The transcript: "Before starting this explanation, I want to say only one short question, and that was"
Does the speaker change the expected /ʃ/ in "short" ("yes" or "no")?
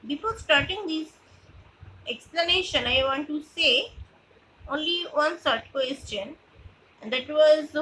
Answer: yes